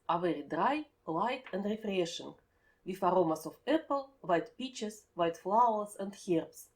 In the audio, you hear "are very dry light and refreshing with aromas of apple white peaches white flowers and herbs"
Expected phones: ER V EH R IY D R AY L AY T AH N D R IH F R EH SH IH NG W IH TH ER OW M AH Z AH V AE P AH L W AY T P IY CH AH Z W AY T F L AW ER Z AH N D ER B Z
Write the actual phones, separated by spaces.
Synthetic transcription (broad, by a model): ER V EH R IY D R AY L AY T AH N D R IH F R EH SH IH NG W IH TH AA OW M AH S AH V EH P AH L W AY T P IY CH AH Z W AY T F L AW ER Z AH N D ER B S